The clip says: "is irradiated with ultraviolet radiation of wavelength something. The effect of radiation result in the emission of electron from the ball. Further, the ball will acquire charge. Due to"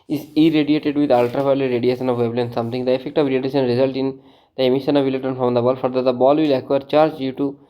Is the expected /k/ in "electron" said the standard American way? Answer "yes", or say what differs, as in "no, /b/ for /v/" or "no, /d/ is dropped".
no, /k/ is dropped